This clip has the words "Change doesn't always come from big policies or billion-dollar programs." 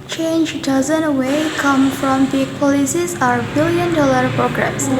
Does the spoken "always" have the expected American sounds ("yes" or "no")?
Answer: no